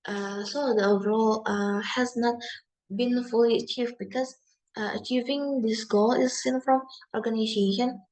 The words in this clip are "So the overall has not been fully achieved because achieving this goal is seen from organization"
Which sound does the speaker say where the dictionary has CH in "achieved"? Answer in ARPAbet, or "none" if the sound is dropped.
CH